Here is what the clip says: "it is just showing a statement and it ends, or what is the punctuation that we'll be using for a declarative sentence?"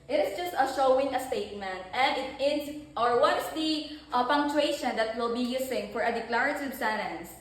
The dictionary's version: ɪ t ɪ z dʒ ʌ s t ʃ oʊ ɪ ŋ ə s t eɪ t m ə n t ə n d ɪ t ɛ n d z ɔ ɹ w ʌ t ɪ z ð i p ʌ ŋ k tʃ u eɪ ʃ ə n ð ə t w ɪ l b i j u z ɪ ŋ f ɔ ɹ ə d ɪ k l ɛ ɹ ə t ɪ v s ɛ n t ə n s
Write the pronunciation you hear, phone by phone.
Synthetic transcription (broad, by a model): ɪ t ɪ s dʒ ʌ s t ʃ oʊ ɪ ŋ ə s t eɪ t m ə n t ə n d ɪ t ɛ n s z ɔ ɹ w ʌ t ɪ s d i p ʌ ŋ k tʃ u eɪ ʃ ə n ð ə t w ɪ l b i j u s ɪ ŋ f ɔ ɹ ə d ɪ k l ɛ ɹ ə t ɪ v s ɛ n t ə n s